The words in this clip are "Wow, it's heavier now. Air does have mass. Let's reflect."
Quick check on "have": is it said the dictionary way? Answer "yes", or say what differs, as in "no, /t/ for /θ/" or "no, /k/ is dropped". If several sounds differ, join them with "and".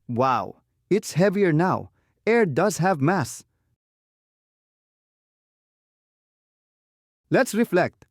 yes